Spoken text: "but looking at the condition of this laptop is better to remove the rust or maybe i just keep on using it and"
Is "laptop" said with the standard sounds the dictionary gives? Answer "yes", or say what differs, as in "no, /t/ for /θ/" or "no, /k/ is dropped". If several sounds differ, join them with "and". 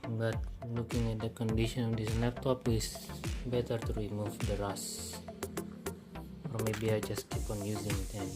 no, /n/ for /l/